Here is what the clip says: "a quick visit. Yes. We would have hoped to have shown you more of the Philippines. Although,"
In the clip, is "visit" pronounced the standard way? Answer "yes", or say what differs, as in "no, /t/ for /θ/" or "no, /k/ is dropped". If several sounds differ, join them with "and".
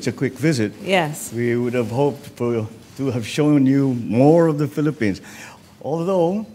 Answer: yes